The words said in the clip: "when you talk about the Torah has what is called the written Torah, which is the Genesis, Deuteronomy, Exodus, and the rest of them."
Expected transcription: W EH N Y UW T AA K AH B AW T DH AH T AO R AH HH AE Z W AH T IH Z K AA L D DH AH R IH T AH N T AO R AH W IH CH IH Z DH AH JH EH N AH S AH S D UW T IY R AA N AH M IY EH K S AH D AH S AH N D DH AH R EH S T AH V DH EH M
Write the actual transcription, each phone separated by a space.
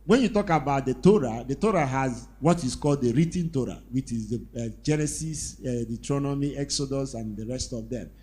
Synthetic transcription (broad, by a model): W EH N Y UW T AA K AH B AW T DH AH T AO R AH HH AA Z W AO T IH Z K AA L D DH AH R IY T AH N T AO R AH W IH CH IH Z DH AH JH EH N AH S AH S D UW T R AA N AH M IY EH K S AH D AH S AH N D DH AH R EH S T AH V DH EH M